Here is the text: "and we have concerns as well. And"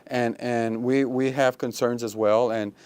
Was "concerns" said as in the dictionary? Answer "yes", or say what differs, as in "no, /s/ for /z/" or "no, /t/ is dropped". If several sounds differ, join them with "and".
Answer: yes